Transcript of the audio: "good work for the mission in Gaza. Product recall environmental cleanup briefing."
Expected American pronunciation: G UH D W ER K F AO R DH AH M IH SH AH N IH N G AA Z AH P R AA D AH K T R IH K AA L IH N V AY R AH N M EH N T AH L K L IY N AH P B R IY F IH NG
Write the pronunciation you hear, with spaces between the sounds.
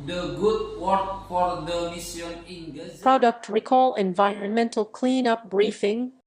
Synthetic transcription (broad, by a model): G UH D W ER K F AO R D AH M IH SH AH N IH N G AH P R AA D AH K T R IH K AA L IH N V AY R AH N M EH N T AH L K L IY N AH P B R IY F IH NG